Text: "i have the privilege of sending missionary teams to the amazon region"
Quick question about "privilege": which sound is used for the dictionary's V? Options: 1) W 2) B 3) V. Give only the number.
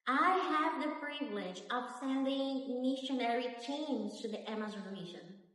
3